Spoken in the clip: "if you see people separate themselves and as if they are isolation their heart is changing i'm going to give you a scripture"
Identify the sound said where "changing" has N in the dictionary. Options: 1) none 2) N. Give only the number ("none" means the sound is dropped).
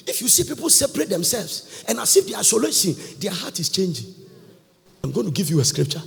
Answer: 2